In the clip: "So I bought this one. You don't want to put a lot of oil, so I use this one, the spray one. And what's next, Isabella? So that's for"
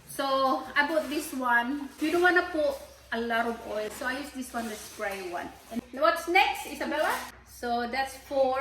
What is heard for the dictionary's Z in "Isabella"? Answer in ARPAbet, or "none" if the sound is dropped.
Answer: S